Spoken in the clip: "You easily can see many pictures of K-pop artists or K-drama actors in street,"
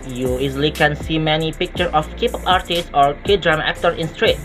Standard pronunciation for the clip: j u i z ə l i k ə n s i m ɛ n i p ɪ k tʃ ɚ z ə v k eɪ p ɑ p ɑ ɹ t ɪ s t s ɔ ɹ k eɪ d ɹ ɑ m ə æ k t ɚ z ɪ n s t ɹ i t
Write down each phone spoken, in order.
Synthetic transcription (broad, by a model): j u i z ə l i k ə n s i m ɛ n i p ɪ k tʃ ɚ ə f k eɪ p ɑ p ɑ ɹ t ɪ s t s ɔ ɹ k eɪ d ɹ ɑ m ə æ k t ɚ s ɪ n s t ɹ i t